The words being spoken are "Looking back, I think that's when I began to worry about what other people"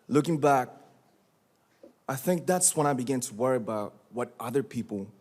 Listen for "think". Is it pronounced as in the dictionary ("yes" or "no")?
yes